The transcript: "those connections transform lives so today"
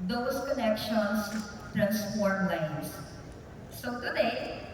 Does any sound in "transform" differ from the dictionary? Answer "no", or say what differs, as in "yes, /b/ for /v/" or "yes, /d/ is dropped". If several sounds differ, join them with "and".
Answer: yes, /p/ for /f/